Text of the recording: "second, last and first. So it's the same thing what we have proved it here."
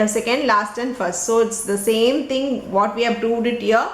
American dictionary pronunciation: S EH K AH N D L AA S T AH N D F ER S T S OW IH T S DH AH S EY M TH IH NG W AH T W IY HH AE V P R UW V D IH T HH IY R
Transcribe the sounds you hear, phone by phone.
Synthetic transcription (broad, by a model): S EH K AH N D L AA S T AH N D F ER S T S OW IH T S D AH S EY M T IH NG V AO T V IY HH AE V P R UW V D IH T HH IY R